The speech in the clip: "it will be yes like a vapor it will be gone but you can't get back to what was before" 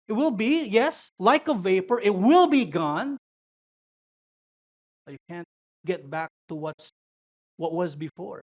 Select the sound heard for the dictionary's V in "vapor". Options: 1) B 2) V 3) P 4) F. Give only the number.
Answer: 2